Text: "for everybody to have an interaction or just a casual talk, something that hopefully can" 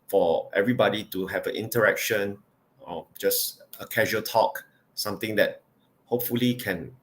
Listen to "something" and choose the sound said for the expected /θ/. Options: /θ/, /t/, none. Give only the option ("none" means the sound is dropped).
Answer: /t/